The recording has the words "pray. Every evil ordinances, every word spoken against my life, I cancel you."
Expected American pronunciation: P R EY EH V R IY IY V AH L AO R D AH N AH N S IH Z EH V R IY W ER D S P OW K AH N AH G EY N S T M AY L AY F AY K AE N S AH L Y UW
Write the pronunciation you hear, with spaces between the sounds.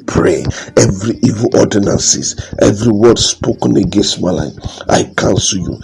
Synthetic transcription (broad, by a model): P R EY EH V R IY IY V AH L AO D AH N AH N S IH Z EH V R IY W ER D S P OW K AH N AH G EY N S T M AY L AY AY K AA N S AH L Y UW